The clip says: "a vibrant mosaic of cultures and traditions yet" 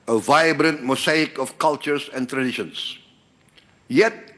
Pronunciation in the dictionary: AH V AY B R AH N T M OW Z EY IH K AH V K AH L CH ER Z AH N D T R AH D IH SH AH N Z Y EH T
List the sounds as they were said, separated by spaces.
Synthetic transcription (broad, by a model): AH V AY B R AH N T M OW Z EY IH K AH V K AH L CH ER S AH N T R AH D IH SH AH N S Y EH T